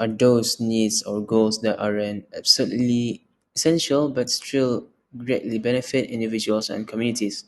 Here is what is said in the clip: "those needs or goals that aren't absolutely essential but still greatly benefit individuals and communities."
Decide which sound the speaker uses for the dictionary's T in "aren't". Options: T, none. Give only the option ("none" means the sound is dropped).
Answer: none